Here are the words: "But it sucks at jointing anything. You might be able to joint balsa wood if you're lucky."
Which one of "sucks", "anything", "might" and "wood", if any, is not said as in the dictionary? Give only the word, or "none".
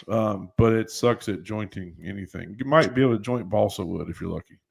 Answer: none